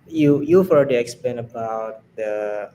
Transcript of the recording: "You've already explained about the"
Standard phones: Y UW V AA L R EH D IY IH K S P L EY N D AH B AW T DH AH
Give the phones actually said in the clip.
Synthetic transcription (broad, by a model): Y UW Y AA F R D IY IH K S P L EY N AH B AW T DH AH